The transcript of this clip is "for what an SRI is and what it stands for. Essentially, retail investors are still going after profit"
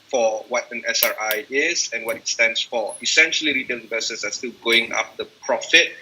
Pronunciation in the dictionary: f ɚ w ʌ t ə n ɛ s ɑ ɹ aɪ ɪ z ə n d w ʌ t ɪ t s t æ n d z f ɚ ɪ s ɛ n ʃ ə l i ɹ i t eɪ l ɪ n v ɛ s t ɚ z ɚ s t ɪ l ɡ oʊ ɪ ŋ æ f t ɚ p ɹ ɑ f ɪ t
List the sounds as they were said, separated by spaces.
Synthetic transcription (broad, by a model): f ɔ w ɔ t ə n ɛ s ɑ ɹ aɪ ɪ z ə n w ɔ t ɪ t s t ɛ n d s f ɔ ɪ s ɛ n ʃ ə l i ɹ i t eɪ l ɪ v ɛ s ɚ s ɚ s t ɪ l ɡ oʊ ɪ ŋ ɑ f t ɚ p ɹ ɑ f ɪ t